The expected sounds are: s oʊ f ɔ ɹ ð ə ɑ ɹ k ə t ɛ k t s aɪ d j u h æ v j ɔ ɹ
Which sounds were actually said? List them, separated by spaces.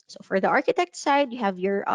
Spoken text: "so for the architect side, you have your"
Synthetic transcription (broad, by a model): s oʊ f ɔ ɹ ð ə ɑ ɹ k ə t ɛ k t s aɪ d j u h æ v j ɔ ɹ